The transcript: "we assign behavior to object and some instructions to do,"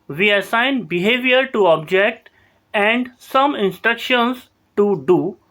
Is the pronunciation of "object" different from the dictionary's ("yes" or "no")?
no